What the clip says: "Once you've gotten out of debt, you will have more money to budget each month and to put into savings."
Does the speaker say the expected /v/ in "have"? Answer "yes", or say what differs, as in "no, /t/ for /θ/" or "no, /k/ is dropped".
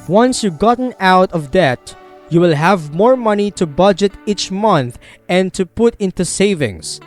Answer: yes